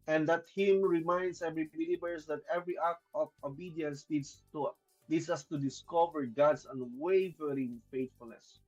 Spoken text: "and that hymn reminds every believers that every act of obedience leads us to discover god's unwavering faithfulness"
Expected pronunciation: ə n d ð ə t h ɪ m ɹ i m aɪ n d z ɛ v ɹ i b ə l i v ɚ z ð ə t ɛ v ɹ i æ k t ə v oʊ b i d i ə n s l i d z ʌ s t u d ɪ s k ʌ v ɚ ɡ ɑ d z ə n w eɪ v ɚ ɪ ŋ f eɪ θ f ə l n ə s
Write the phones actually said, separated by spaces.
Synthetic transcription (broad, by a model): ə n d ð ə t h ɪ m ɹ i m aɪ n d s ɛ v ɹ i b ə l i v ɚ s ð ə t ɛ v ɹ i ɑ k ə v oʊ b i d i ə n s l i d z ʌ s t u d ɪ s k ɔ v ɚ ɡ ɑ d s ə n w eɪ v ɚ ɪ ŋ f eɪ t f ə l n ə s